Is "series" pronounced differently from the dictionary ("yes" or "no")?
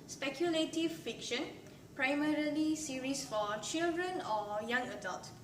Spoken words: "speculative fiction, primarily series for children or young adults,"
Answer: yes